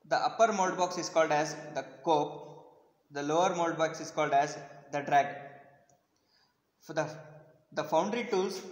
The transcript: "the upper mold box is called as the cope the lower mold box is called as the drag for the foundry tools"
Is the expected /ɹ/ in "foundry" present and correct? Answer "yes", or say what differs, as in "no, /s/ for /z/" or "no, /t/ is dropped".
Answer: yes